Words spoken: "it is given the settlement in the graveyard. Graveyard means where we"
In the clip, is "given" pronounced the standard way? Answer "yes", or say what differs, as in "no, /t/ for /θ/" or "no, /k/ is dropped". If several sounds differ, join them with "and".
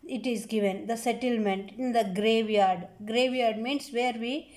yes